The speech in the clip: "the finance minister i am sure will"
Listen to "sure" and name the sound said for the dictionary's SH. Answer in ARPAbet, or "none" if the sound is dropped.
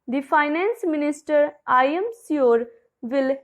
S